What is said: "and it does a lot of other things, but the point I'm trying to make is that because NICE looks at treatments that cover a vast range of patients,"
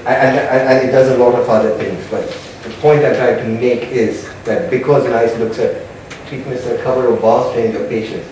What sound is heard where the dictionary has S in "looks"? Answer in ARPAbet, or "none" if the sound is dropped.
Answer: S